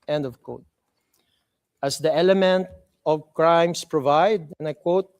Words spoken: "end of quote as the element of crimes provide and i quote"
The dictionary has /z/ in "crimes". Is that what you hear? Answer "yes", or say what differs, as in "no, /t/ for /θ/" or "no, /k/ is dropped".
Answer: no, /s/ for /z/